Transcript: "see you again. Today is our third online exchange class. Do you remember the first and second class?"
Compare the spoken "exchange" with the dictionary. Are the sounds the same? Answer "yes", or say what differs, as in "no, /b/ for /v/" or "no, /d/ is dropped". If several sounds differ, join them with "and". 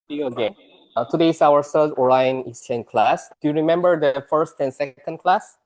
no, /k/ is dropped